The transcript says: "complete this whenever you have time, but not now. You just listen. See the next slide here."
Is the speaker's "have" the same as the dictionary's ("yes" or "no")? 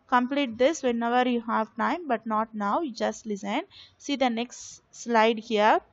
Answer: yes